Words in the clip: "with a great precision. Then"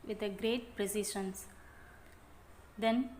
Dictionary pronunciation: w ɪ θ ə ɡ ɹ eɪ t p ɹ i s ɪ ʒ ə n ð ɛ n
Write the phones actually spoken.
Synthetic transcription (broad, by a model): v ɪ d ə ɡ ɹ eɪ t p ɹ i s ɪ ʃ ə n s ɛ n